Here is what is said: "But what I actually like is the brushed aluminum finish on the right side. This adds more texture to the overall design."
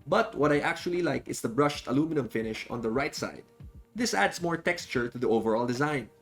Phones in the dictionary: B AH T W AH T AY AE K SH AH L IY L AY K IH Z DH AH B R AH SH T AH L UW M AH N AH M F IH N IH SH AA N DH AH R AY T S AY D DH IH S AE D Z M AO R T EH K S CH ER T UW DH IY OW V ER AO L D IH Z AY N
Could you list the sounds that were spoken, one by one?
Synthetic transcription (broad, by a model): B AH T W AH T AY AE K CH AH L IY L AY K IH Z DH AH B R AH SH T AH L UW M AH N AH M F IH N IH SH AA N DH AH R AY T S AY D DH IH S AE D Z M AO R T EH K S CH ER T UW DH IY OW V ER AO L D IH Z AY N